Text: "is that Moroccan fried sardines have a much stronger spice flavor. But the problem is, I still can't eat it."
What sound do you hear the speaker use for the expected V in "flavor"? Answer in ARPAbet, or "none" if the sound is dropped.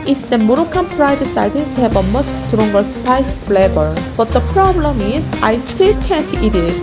B